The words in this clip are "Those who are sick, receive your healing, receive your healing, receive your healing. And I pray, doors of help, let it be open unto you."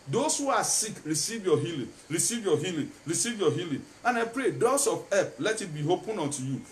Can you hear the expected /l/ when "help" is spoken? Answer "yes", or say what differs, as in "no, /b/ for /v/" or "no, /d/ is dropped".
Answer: no, /l/ is dropped